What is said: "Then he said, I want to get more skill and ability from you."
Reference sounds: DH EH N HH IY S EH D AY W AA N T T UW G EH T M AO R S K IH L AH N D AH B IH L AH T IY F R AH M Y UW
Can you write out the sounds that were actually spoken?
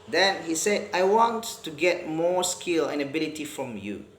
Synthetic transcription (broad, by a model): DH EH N HH IY S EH AY W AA N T T UW G EH T M AO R S K IH L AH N AH B IH L AH T IY F R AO M Y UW